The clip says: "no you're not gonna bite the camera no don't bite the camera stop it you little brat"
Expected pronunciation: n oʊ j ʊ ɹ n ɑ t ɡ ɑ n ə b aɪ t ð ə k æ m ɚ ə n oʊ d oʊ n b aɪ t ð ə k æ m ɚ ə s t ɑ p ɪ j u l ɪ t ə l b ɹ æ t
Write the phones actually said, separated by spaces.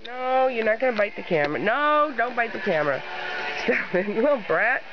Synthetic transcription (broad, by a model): n oʊ j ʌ ɹ n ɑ t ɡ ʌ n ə b aɪ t ð ə k æ m ɚ ə n oʊ d oʊ n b aɪ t ð ə k æ m ɚ ə s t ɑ f ɪ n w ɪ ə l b ɹ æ t